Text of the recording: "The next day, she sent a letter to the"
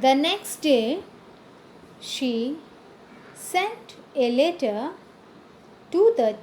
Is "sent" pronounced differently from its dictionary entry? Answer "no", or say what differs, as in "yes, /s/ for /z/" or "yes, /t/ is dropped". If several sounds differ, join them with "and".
no